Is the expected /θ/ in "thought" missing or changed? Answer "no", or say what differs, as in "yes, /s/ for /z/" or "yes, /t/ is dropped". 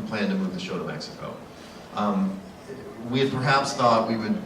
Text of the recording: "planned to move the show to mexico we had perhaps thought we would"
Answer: no